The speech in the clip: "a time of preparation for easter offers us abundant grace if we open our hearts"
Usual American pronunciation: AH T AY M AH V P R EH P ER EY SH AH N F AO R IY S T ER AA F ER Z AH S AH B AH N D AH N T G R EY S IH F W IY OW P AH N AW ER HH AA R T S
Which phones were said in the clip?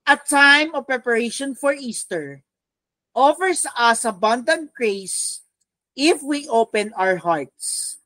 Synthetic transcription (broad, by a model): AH T AY M AH V P R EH P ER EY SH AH N F AO R IY S T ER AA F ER S AH S AH B AH N D AH N T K R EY S IH F W IY OW P AH N AW ER HH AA R T S